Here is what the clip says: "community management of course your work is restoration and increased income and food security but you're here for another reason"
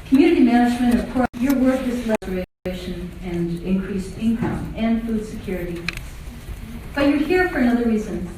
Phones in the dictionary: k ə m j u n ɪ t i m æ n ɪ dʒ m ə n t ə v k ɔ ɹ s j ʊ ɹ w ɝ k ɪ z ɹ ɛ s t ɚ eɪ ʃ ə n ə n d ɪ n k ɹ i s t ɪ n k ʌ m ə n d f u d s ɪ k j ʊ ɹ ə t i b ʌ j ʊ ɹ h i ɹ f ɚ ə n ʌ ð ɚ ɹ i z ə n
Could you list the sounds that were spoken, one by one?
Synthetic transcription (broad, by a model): k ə m j u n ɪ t i m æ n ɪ dʒ m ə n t ə v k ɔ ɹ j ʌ ɹ w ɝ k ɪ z l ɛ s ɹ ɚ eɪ ʃ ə n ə n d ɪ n k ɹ i s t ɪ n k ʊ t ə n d f u d s ɪ k j ʊ ɹ ə t i b ʌ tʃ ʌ ɹ h i ɹ f ɚ ə n ʌ ð ɚ ɹ i z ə n